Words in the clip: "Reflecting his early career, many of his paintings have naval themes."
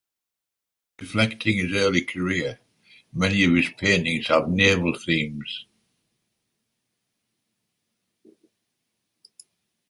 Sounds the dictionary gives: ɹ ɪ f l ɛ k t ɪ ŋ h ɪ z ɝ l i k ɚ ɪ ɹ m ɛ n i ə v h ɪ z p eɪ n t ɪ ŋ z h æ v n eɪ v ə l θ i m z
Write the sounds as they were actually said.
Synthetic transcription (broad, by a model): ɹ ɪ f l ɛ k t ɪ ŋ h ɪ z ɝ l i k ɚ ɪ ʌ m ɛ n i ə v ɪ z p eɪ n t ɪ ŋ z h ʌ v n eɪ v ə l θ i m z